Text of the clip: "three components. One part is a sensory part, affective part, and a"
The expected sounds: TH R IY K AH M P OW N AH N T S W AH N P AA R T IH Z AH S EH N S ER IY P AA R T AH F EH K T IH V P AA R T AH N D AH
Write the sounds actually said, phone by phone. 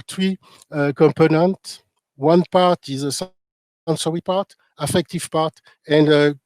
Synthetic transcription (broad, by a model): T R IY K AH M P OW N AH N T W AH N P AA R T IH Z AH S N S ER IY P AA R T AH F EH K T IH V P AA R T AH N D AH